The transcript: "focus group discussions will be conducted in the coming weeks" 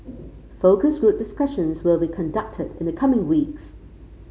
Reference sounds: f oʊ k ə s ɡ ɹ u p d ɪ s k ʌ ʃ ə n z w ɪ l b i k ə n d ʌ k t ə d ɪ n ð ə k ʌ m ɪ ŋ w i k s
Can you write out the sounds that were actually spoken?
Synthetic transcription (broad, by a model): f oʊ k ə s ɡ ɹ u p d ɪ s k ʌ ʃ ə n z w ɪ l b i k ə n d ʌ k t ə d ɪ n ð ə k ʌ m ɪ ŋ w i k s